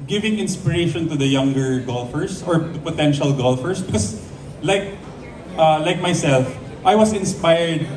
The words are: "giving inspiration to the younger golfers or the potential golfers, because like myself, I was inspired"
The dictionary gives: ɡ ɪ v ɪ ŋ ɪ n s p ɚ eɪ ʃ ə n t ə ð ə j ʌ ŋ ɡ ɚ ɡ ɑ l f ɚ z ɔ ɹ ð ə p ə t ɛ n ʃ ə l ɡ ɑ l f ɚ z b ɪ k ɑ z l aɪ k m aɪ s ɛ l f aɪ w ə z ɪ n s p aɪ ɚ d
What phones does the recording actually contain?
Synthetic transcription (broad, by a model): ɡ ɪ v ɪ ŋ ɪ n s p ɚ eɪ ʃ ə n t ə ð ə j ʌ ŋ ɡ ɚ ɡ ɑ l f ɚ s ɔ ɹ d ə p ə t ɛ n ʃ ə l ɡ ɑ l f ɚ s b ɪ k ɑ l l aɪ k m aɪ s ɛ l f aɪ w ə s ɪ n s p aɪ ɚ d